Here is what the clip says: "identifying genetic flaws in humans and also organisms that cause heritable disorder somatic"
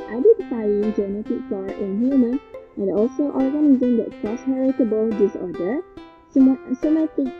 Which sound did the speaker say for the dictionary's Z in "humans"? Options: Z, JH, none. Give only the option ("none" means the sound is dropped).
none